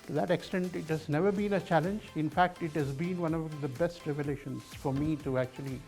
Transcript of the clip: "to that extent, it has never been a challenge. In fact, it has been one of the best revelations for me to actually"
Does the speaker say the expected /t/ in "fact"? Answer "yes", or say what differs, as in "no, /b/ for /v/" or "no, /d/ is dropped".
yes